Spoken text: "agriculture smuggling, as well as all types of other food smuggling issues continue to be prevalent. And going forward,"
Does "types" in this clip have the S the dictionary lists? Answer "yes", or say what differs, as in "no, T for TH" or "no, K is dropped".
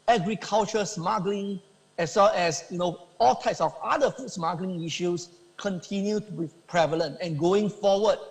yes